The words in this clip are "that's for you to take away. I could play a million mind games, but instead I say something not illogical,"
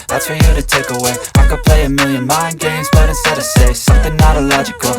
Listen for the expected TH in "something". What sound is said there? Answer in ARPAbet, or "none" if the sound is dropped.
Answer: TH